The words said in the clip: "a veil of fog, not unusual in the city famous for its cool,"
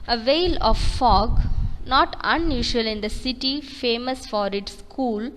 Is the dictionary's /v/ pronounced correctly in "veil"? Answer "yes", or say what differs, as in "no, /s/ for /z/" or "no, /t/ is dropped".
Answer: yes